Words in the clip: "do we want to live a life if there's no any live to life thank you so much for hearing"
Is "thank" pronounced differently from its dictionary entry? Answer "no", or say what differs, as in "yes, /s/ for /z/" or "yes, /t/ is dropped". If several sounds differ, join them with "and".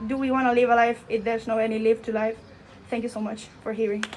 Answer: yes, /t/ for /θ/